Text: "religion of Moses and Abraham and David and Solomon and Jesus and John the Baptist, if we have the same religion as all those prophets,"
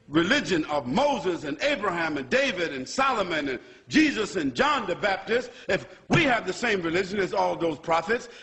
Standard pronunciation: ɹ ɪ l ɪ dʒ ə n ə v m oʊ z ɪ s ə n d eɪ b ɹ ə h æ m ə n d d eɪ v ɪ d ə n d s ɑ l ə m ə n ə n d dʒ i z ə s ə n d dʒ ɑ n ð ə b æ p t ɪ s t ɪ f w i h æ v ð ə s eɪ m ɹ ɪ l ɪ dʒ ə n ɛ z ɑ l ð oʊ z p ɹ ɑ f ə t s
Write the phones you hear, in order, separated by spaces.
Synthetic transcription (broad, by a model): ɹ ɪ l ɪ dʒ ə n ə v m oʊ z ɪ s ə n eɪ b ɹ ə h æ m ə n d d eɪ v ɪ d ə n s ɑ l ə m ə n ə n dʒ i z ə s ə n dʒ ɑ n ð ə b æ p t ɪ s t ɪ f w i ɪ v ð ə s eɪ m ɹ ɪ l ɪ dʒ ə n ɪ z ɑ l ð oʊ z p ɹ ɑ f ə t s